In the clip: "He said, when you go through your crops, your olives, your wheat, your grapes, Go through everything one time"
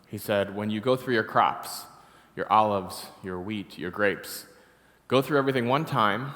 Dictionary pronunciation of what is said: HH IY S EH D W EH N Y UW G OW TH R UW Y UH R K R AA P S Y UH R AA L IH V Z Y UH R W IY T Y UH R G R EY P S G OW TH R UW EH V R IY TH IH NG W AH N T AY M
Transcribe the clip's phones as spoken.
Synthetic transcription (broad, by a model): HH IY S EH D W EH N Y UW G OW TH R UW Y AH R K R AA P S Y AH R AA L IH V Z Y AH R W IY T Y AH R G R EY P S G OW TH R UW EH V R IY TH IH NG W AH N T AY M